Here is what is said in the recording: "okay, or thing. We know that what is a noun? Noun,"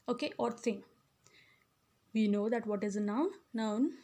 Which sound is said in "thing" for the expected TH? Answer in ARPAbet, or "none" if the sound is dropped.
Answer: S